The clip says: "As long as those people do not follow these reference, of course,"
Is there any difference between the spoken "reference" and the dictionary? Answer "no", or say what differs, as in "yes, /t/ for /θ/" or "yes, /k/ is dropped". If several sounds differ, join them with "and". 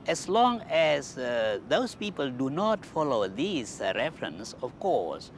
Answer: no